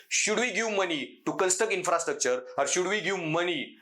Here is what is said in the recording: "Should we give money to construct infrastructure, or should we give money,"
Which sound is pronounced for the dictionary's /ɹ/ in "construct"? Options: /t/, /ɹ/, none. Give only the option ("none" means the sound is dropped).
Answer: none